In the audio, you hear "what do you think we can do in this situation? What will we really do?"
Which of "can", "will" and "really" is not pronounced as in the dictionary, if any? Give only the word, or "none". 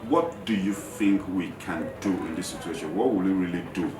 none